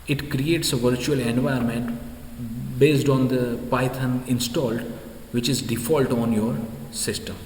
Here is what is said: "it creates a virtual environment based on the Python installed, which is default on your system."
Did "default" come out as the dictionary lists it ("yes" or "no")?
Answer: yes